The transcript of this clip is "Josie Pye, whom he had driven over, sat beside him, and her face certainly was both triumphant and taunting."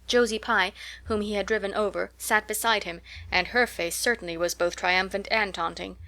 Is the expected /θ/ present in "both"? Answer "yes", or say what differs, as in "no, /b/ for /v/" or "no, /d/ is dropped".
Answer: yes